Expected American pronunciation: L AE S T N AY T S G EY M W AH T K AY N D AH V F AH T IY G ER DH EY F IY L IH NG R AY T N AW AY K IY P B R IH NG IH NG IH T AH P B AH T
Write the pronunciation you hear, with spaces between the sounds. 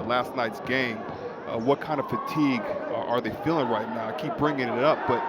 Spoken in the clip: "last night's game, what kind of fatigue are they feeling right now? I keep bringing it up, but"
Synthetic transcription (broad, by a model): L AE S T N AY T S G EY M W AH T K AY N D AH V F AH T IY G ER DH EY F IY L IH NG R AY T N AW AY K IY P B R IH NG IH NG IH T AH P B AH T